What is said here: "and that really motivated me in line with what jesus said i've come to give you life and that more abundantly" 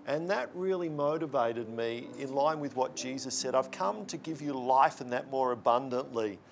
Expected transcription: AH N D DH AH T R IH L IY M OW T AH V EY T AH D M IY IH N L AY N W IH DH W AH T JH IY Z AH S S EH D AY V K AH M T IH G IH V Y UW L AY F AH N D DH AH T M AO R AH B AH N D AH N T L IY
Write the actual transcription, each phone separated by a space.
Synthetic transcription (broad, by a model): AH N DH AH T R IH L IY M OW T AH V EY T AH D M IY IH N L AY N W IH DH W AH T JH IY Z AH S S EH D AY V K AH M T IH G IH V Y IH L AY F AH N DH AH T M AO R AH B AH N D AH N T L IY